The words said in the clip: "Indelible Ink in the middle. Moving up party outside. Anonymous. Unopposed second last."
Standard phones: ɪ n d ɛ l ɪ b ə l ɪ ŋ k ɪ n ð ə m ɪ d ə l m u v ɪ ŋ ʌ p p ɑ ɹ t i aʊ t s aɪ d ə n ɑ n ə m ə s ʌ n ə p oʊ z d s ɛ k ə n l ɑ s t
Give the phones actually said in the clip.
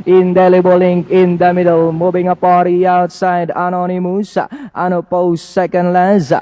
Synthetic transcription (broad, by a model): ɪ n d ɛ l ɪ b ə l ɪ ŋ k ɪ n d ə m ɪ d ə l m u b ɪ ŋ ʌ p p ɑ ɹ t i aʊ t s aɪ d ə n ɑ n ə m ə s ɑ n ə p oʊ s ɛ k ə n l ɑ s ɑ